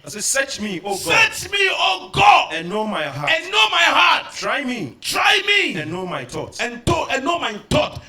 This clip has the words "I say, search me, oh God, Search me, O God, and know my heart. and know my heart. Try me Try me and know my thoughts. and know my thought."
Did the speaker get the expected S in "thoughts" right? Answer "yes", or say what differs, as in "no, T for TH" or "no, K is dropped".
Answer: no, S is dropped